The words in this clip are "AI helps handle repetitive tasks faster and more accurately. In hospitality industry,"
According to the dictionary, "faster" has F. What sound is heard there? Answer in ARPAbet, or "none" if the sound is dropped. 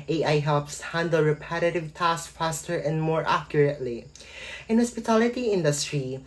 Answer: F